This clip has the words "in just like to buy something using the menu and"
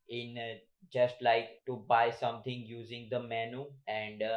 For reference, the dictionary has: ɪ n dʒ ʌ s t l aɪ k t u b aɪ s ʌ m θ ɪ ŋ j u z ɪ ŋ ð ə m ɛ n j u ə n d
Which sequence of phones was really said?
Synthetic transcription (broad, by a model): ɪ n dʒ ʌ s t l aɪ k t u b aɪ s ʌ m t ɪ ŋ j u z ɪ ŋ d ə m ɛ n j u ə n d